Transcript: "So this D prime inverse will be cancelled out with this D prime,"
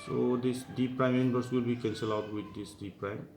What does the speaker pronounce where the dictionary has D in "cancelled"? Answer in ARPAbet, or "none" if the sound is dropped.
none